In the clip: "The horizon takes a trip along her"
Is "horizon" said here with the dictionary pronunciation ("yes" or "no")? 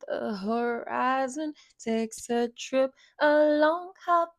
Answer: yes